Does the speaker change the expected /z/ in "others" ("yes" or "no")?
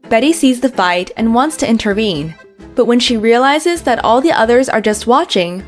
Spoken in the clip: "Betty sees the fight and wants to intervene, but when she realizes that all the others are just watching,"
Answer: no